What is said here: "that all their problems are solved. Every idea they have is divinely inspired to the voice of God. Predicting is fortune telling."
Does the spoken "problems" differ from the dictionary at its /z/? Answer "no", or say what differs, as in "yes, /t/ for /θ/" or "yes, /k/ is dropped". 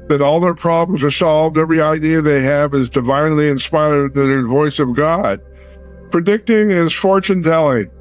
no